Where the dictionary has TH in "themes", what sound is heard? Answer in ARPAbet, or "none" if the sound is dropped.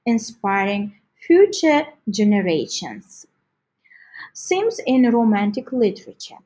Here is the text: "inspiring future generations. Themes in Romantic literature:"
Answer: S